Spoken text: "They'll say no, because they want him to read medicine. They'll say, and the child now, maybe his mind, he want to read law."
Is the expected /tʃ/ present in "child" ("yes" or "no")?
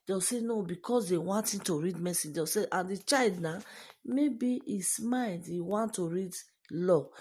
yes